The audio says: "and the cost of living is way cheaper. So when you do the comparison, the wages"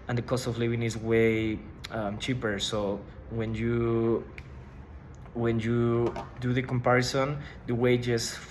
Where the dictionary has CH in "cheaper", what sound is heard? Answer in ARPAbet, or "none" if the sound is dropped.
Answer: CH